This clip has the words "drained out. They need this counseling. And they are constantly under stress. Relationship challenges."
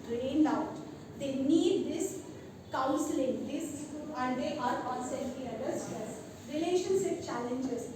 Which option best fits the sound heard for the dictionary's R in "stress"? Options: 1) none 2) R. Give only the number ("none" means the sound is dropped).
1